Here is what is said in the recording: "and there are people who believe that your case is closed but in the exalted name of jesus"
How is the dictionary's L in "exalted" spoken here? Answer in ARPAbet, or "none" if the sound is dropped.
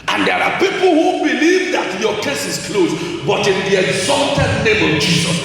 L